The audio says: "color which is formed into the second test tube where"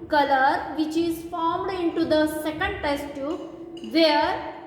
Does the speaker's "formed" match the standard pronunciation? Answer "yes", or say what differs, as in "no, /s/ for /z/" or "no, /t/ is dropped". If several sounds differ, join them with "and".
yes